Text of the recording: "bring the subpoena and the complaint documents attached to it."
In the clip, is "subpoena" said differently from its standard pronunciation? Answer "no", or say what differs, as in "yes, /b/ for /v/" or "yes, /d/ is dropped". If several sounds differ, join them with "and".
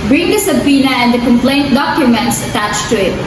no